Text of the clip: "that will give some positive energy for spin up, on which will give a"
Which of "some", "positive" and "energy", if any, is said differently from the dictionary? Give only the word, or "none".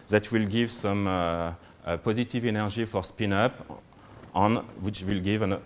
energy